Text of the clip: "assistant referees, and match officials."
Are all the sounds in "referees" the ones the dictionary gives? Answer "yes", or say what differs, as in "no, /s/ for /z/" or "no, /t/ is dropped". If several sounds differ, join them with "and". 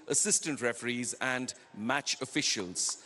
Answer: yes